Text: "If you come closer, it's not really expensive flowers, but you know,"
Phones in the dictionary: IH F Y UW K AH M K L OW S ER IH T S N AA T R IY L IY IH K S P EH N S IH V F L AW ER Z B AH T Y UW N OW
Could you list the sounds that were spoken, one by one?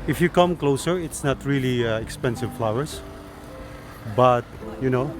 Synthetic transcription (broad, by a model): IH F Y UW K AH M K L OW S ER IH T S N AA T R IY L IY IH K S P EH N S IH V F L AW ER S B AH T Y UW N OW